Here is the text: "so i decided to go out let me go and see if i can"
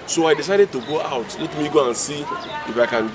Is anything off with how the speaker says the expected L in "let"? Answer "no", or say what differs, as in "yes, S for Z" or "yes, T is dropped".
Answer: no